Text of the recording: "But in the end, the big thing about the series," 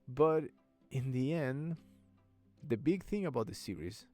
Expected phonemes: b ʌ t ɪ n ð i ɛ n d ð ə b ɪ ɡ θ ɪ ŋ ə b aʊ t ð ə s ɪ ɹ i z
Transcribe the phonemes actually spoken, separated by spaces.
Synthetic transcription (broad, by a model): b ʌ t ɪ n ð i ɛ n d ð ə b ɪ ɡ θ ɪ ŋ ə b aʊ t ð ə s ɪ ɹ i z